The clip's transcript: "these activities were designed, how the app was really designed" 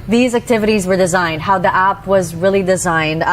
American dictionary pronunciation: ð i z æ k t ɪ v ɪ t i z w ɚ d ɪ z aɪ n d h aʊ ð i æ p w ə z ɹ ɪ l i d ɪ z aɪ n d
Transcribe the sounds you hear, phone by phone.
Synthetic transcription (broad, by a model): ð i z æ k t ɪ v ɪ t i z w ɚ d ɪ z aɪ n d h aʊ ð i æ p w ə z ɹ ɪ l i d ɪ z aɪ n d